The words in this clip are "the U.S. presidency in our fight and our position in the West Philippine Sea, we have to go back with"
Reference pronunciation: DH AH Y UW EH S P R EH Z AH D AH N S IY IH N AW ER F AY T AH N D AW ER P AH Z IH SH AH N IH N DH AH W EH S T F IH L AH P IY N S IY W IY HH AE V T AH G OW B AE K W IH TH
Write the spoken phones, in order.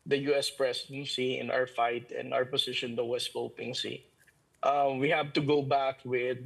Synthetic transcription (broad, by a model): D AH Y UW EH S P R EH S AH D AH N S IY IH N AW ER F AY T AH N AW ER P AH S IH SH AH N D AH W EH S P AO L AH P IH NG S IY W IY HH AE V T AH G OW B AE K W IH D